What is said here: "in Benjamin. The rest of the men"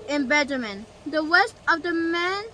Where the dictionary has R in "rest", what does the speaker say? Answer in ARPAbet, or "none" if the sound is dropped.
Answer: W